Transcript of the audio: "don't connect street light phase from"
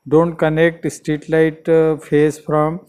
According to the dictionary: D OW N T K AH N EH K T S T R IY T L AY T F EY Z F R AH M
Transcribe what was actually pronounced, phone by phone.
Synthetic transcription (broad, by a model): D OW N T K AH N EH K T S T IY T L AY T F EY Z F R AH M